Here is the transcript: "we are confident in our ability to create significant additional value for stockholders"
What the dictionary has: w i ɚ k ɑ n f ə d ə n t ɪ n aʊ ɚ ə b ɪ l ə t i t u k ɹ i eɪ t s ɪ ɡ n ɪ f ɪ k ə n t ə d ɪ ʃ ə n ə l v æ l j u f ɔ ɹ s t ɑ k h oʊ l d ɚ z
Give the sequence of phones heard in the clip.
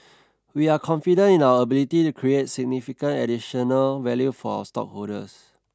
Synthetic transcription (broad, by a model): w i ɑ k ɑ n f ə d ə n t ɪ n aʊ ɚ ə b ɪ l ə t i t u k ɹ i eɪ t s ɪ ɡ n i f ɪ k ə n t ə d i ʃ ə n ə l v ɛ l j u f ɔ w s t ɑ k h oʊ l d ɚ s